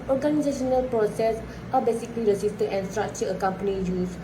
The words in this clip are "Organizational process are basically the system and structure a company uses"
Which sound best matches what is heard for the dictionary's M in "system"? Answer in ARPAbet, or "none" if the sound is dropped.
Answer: none